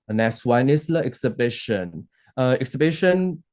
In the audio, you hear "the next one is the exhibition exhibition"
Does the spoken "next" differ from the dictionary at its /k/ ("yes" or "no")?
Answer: yes